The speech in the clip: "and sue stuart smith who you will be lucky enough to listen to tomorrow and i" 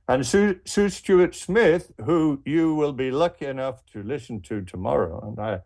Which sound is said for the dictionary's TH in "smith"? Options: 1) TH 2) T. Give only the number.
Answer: 1